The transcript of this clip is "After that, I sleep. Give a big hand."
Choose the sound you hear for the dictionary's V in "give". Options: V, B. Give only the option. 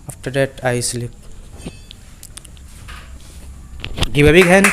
B